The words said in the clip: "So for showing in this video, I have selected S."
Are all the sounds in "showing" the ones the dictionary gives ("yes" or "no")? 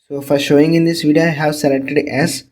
yes